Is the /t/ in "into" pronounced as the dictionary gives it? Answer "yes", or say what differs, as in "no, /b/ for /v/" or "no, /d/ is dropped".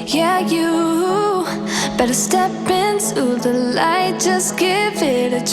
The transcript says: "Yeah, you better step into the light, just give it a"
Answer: no, /s/ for /t/